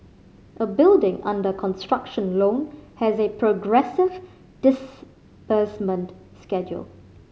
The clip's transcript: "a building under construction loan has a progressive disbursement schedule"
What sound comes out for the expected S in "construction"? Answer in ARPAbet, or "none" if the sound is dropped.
S